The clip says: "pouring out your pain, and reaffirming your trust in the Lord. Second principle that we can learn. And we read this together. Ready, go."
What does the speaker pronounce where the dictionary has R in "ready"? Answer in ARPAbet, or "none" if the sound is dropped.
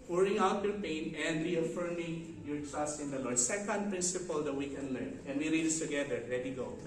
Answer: L